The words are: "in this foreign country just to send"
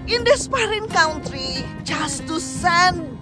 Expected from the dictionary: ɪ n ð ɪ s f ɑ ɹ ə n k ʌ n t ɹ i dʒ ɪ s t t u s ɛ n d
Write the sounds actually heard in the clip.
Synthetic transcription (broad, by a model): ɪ n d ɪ s p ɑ ɹ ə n k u n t ɹ i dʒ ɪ s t t u s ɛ n